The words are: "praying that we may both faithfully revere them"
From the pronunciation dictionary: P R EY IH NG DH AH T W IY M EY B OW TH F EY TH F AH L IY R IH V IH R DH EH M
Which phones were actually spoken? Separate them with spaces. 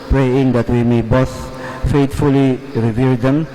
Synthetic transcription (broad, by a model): P R EY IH NG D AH T W IY M EY B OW S F EY T F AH L IY R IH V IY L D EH M